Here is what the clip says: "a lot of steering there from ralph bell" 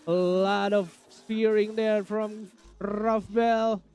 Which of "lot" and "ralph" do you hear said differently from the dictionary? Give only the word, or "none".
ralph